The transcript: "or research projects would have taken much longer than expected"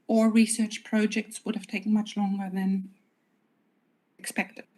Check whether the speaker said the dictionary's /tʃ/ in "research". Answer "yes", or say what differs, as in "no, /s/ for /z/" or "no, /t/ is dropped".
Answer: yes